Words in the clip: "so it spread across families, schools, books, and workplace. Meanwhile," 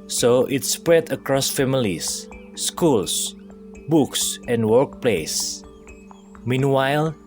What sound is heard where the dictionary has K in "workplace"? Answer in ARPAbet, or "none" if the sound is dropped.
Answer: K